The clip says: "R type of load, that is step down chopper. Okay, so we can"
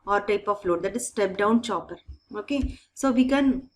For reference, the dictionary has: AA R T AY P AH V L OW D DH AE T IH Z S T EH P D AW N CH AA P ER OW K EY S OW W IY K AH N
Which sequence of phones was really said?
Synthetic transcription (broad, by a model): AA R T AY P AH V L OW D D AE T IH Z S T EH P D AW N CH AA P ER OW K EY S OW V IY K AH N